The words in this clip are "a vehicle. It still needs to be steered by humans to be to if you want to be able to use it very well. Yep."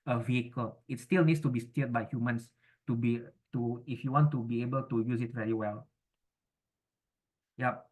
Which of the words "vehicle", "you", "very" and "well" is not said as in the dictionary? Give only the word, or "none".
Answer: none